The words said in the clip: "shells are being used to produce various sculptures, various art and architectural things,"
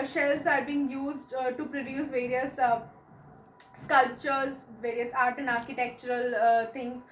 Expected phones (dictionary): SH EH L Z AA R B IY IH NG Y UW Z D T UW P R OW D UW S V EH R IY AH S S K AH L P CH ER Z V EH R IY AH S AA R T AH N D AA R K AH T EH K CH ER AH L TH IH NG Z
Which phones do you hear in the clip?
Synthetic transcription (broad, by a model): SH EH L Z AA R B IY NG Y UW Z D T UW P R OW D UW S V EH R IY AH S S K AH L P CH ER Z V EH R IY AH S AA R T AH N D AA R K AH T EH K CH ER AH L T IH NG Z